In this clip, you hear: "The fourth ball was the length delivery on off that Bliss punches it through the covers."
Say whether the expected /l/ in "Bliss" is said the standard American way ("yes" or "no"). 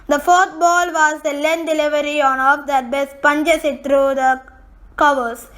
no